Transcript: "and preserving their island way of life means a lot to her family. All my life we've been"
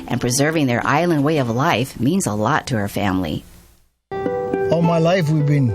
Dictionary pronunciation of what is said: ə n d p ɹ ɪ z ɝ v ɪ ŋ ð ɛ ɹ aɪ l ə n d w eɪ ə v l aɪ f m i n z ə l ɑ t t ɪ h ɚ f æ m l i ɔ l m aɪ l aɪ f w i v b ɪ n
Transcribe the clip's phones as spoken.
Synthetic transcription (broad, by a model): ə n p ɹ ɪ z ɝ v ɪ ŋ ð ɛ ɹ aɪ l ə n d w eɪ ə v l aɪ f m i n z ə l ɑ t t ɪ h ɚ f æ m l i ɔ m aɪ l aɪ f w i v b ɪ n